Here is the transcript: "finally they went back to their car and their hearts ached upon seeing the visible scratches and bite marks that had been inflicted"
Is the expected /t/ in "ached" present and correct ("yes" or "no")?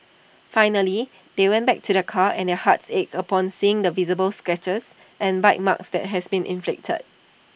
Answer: no